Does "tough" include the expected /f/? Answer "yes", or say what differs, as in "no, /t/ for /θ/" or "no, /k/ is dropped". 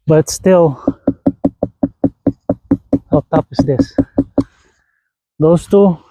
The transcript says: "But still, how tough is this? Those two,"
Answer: no, /p/ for /f/